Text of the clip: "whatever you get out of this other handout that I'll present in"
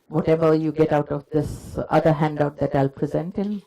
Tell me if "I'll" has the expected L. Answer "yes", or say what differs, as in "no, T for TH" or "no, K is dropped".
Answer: yes